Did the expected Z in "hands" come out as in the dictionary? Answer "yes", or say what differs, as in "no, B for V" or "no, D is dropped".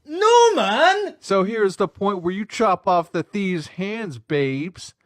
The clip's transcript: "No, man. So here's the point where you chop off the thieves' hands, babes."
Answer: yes